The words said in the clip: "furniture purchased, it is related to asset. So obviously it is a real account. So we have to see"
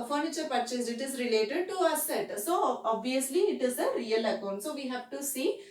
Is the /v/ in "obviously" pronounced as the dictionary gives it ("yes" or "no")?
yes